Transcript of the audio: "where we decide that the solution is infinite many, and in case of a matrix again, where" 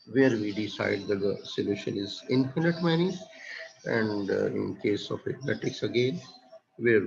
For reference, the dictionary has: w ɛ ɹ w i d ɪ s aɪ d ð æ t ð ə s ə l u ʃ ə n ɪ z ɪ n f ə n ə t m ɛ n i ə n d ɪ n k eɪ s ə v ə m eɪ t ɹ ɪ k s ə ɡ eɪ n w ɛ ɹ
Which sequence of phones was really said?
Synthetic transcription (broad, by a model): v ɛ ɹ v i d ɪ s aɪ d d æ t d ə s ə l u ʃ ə n ɪ z ɪ n f ə n ə t m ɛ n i ə n d ɪ n k eɪ s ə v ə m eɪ t ɪ k s ə ɡ eɪ n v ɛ ɹ